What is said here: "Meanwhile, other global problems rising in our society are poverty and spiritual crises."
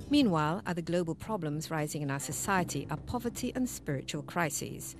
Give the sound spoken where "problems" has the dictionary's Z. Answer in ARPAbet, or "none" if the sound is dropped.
Z